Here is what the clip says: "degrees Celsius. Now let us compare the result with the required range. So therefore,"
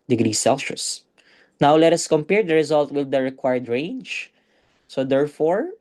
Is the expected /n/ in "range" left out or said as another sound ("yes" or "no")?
no